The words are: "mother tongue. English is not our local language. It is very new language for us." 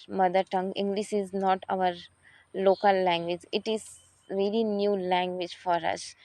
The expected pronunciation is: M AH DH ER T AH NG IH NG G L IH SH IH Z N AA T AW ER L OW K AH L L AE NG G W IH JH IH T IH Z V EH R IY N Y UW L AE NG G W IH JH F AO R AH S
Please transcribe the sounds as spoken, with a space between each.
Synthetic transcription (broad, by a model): M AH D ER T AH NG IH NG G L IH SH IH Z N AA T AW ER L OW K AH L L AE NG G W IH JH IH T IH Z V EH L IY N Y UW L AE NG G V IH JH F AO R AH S